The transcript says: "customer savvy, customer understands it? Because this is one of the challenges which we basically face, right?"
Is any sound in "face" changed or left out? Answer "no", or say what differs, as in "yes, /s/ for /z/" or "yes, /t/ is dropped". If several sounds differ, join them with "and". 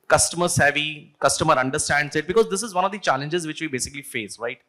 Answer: no